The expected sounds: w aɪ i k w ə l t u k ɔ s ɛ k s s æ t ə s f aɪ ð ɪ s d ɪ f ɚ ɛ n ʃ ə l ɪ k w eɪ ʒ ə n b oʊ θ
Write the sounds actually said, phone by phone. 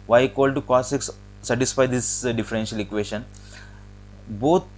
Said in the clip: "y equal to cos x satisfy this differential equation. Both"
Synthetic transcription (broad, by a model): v aɪ k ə l t u k ɔ s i k s s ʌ t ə s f aɪ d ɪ s d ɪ f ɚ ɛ n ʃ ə l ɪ k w eɪ ʃ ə n b oʊ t